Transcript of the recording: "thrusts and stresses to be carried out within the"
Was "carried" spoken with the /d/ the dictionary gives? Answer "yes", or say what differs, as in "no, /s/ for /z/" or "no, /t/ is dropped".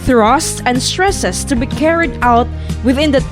yes